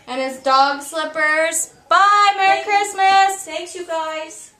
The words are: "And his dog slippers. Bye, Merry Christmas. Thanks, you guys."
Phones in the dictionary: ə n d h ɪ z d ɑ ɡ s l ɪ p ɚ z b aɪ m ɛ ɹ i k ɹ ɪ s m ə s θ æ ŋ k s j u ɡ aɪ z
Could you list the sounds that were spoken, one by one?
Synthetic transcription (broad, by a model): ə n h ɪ z d ɑ ɡ s l ɪ p ɚ z b aɪ m ɛ ɹ i k ɹ ɪ s m ə s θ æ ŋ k j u ɡ aɪ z